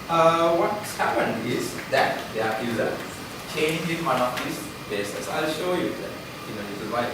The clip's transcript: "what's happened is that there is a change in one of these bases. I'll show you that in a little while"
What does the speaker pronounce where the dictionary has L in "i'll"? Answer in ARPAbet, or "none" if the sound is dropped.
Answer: L